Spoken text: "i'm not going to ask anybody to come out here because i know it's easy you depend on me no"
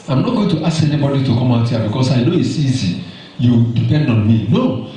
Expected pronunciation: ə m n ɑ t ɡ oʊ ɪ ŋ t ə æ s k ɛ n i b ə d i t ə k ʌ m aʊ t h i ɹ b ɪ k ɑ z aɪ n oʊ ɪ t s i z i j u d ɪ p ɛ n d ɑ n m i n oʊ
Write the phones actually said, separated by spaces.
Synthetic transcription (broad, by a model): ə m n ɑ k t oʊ t ə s ɛ n i b ə d i t ə k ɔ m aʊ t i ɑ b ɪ k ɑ s aɪ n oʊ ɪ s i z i j u d ɪ p ɛ n d ɑ n m i n oʊ